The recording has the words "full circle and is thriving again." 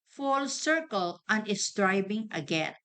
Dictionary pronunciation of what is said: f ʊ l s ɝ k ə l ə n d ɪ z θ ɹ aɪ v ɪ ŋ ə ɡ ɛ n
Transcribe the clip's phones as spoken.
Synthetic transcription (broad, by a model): f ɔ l s ɝ k ə l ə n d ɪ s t ɹ aɪ b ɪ ŋ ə ɡ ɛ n